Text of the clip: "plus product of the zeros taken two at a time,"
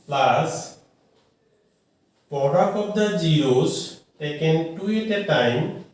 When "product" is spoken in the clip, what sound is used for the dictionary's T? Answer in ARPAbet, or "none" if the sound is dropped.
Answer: none